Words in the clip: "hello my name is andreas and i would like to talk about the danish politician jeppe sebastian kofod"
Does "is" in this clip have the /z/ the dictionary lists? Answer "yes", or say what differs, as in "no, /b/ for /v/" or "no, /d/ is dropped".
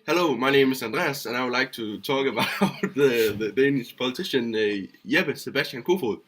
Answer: no, /s/ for /z/